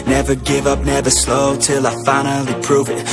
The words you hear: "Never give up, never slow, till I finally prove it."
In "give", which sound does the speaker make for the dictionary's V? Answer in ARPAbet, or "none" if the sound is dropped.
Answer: V